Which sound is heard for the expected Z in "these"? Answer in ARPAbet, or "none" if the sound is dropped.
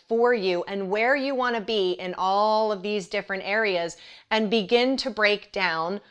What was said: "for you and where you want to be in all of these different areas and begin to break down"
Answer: Z